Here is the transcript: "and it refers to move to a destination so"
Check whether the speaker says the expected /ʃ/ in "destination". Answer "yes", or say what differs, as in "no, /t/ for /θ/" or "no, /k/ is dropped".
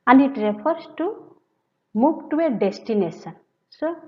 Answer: no, /s/ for /ʃ/